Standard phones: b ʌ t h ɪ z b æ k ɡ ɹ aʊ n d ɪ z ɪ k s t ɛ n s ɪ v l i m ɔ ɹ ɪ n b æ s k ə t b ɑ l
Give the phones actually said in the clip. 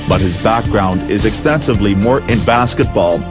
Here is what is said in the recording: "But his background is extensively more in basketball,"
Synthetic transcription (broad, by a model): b ʌ t h ɪ z b æ k ɡ ɹ aʊ n d ɪ z ɪ k s t ɛ n s ɪ v l i m ɔ ɹ ɪ n b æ s k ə t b ɑ l